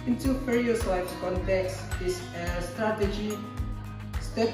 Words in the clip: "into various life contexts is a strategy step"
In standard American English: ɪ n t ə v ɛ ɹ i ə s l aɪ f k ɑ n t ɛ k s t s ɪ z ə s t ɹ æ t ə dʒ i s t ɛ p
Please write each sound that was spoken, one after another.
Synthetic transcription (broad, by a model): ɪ n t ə f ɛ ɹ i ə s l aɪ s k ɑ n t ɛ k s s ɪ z ə s t ɹ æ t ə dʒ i s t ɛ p